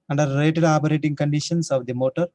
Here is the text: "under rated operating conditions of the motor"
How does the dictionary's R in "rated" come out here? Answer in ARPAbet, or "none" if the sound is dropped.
L